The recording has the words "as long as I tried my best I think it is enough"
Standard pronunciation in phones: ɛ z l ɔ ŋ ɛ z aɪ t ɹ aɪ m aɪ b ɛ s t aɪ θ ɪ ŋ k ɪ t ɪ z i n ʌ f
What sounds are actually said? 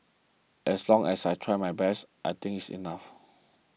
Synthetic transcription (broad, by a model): ɛ s l ɔ ŋ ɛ s aɪ t ɹ aɪ m aɪ b ɛ s t aɪ t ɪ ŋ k ɪ t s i n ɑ f